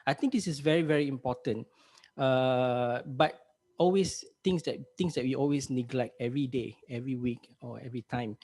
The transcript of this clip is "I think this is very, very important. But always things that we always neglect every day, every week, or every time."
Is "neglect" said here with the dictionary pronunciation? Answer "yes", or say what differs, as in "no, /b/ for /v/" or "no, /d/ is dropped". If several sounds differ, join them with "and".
yes